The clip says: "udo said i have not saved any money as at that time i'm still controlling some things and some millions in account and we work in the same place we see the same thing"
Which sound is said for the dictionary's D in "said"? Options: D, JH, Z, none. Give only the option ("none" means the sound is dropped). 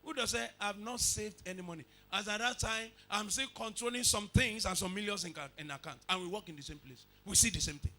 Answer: none